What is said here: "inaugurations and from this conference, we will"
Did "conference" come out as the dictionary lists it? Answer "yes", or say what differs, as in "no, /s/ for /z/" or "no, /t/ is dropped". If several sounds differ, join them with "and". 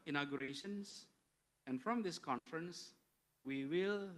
yes